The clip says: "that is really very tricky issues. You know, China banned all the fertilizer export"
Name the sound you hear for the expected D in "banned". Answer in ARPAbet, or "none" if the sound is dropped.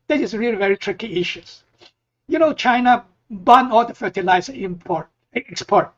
none